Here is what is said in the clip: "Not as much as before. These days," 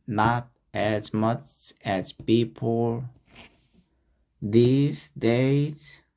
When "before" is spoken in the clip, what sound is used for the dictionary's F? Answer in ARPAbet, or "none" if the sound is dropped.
P